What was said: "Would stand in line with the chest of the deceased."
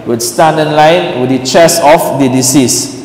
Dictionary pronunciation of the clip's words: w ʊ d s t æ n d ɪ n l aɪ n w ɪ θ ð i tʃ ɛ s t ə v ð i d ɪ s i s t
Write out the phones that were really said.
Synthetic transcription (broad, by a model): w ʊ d s t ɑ n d ɪ n l aɪ n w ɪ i tʃ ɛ s ə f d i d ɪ s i s